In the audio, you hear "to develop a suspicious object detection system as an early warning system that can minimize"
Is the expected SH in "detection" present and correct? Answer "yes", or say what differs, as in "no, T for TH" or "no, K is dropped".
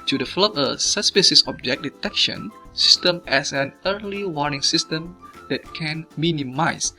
yes